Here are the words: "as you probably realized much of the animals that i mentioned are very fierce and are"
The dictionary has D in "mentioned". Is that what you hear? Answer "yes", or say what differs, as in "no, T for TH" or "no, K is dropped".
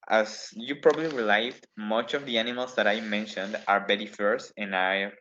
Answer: yes